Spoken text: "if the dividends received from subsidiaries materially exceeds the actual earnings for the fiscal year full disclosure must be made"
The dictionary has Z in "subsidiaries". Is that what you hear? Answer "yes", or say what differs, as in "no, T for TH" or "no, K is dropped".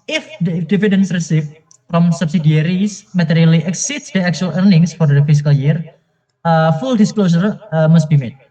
no, S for Z